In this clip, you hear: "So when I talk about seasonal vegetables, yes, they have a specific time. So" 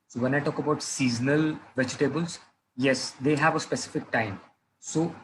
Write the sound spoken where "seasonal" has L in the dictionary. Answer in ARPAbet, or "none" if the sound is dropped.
L